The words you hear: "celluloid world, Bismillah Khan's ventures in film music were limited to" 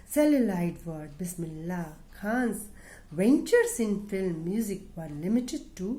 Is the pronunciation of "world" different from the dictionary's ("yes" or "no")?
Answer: yes